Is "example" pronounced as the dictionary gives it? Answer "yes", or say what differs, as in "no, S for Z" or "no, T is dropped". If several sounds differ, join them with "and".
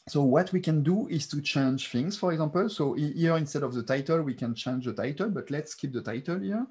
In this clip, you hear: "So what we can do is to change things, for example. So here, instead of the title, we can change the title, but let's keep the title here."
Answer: no, M is dropped